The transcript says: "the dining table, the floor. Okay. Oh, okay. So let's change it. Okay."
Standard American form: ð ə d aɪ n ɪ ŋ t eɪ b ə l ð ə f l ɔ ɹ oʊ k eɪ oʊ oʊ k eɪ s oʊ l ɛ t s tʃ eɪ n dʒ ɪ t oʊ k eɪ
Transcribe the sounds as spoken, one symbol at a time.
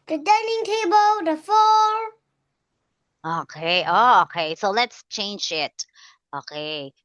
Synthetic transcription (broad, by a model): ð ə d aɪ n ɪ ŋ t eɪ b ə l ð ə f ɔ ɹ oʊ k eɪ oʊ oʊ k eɪ s oʊ l ɛ t s tʃ eɪ n dʒ ɪ t oʊ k eɪ